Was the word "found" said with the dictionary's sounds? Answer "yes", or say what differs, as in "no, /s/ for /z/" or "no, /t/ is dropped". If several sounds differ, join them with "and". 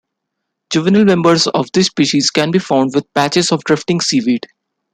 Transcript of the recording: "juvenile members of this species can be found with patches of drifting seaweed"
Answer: yes